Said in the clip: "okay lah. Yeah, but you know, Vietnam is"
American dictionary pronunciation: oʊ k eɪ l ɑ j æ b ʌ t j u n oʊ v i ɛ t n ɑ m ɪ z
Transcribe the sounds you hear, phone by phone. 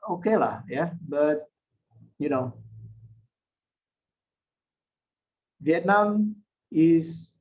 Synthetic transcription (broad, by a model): oʊ k eɪ l ɑ j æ b ʌ t j u n oʊ v i ɛ t n ɑ m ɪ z